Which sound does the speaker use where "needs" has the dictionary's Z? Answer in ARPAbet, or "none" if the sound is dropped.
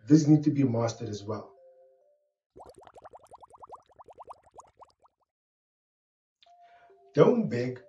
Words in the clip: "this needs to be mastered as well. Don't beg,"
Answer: none